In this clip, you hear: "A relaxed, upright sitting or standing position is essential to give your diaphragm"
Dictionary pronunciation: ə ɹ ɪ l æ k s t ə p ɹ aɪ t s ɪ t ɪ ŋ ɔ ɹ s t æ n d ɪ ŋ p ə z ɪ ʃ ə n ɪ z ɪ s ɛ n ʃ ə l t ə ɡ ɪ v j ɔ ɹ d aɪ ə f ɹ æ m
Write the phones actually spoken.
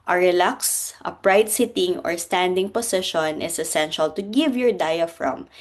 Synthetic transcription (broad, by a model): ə ɹ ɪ l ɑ k s t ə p ɹ aɪ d s ɪ t ɪ ŋ ɔ ɹ s t æ n d ɪ ŋ p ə s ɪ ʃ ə n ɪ s ɪ s ɛ n ʃ ə l t ə ɡ ɪ v j ɔ ɹ d aɪ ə f ɹ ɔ m